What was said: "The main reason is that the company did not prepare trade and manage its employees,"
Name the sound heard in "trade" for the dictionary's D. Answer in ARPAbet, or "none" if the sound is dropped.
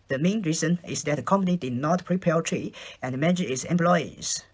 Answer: none